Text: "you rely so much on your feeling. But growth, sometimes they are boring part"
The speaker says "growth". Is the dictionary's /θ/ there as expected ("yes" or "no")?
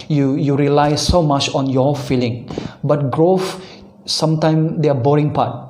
no